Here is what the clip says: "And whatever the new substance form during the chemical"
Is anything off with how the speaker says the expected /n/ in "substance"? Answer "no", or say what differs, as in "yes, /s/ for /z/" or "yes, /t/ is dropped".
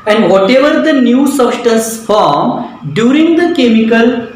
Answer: yes, /n/ is dropped